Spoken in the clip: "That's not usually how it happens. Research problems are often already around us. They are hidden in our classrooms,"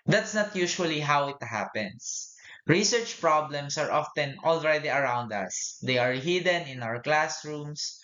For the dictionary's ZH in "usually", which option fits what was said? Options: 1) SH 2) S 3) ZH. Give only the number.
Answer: 1